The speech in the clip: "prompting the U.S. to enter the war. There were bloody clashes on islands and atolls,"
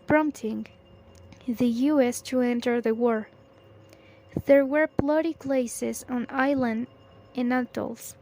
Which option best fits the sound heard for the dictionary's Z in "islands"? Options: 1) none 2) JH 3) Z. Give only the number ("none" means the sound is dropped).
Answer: 1